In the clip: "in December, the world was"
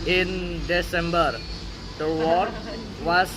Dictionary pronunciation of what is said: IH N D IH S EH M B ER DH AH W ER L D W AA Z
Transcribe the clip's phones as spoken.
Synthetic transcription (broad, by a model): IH N D IH S EH M B ER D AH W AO D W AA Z